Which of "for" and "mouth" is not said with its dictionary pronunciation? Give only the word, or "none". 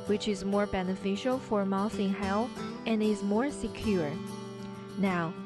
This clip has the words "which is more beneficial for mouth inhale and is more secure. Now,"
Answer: mouth